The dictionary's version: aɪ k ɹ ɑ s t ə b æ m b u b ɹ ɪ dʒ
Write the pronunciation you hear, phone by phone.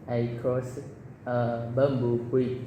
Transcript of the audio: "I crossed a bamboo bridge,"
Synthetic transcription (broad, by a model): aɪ k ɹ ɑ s ə b æ m b u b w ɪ